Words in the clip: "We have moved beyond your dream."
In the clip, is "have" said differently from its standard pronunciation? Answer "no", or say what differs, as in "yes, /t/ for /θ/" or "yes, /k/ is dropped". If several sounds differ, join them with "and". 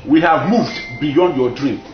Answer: no